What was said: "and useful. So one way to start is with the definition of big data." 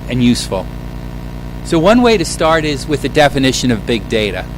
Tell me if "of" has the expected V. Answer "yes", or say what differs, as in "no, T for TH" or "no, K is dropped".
yes